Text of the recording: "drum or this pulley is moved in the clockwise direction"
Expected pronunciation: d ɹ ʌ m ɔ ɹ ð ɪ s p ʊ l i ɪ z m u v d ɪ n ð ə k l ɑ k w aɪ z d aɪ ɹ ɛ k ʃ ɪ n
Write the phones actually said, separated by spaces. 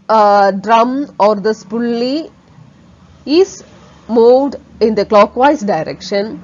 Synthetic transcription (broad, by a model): d ɹ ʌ m ɔ ɹ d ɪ s p ʊ l i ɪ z m u v d ɪ n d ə k l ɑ k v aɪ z d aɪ ɹ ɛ k ʃ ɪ n